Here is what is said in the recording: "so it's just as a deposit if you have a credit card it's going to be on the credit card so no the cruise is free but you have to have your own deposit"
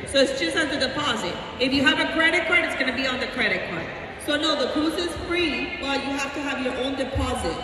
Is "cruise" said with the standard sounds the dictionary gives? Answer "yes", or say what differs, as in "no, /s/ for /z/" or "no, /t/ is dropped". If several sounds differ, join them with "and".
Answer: no, /ɹ/ is dropped